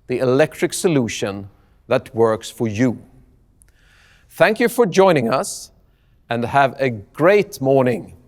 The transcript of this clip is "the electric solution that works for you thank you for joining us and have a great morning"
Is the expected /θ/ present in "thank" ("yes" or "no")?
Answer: yes